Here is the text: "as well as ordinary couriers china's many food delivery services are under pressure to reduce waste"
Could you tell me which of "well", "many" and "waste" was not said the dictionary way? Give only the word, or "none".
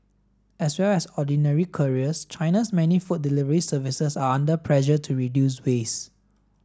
waste